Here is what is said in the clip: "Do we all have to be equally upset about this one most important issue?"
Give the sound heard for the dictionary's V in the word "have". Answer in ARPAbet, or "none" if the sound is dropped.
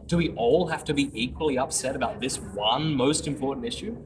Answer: F